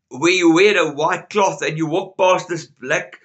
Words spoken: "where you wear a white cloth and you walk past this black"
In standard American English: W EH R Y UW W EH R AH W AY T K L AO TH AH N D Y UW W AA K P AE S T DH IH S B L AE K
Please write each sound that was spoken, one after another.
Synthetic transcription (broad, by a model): W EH Y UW W EH R AH W AY T K L AO TH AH N Y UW W AA K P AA S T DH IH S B L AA K